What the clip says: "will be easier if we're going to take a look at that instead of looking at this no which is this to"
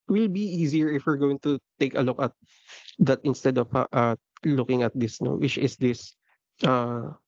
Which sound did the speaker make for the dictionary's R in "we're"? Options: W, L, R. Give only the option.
R